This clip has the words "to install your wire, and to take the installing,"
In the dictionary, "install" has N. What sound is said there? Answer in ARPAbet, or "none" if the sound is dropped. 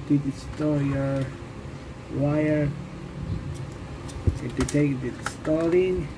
none